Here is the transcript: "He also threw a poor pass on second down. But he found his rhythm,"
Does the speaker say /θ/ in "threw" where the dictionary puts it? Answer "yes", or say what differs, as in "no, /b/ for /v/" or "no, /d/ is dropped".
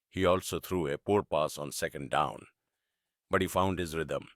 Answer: no, /t/ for /θ/